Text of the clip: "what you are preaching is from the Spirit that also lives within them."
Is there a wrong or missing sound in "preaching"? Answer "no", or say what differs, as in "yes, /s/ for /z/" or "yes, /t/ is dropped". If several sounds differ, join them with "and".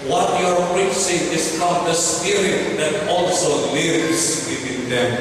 yes, /s/ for /tʃ/